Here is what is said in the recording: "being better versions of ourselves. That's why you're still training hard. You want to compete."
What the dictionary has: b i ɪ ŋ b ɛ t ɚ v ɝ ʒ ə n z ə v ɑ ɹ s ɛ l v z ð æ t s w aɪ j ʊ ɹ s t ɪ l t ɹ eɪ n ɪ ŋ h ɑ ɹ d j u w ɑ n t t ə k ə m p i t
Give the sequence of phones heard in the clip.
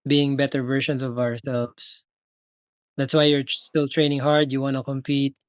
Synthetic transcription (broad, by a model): b i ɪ ŋ b ɛ t ɚ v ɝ ʃ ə n s ə v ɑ ɹ s ɛ l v s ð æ t s w aɪ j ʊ ɹ s t ɪ l t ɹ eɪ n ɪ ŋ h ɑ ɹ d j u w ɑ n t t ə k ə m p i t